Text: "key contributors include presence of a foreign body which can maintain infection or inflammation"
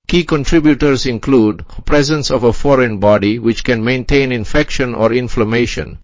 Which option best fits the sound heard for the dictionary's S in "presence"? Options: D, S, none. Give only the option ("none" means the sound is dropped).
S